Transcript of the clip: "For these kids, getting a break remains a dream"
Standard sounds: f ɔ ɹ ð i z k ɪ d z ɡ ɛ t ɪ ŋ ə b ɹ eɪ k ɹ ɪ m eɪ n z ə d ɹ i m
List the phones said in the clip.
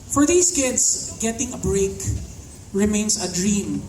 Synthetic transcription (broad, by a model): f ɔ ɹ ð i s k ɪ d s ɡ ɛ t ɪ ŋ ə b ɹ eɪ k ɹ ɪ m eɪ n s ə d ɹ i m